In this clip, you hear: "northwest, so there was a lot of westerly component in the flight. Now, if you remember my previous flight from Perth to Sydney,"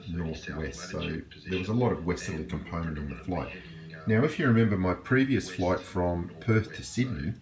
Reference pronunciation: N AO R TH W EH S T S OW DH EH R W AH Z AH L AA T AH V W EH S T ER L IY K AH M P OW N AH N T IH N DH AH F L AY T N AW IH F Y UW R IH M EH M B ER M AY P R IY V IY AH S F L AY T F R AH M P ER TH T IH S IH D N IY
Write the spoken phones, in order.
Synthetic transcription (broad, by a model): N AO R TH W EH S T S OW DH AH R W AH Z AH L AA T AH V W EH S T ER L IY K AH M P OW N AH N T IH N DH AH F L AY T N AW IH F Y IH R IH M EH M B ER M AY P R IY V IY AH S F L AY T F R AH M P ER TH T IH S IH D N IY